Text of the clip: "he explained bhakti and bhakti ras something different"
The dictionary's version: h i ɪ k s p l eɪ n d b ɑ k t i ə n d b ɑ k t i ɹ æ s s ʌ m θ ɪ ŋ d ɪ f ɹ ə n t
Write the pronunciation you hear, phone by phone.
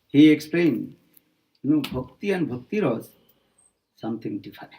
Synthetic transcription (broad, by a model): h i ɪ k s p l eɪ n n b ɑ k t i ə n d b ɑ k t i ɹ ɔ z s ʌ m t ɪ ŋ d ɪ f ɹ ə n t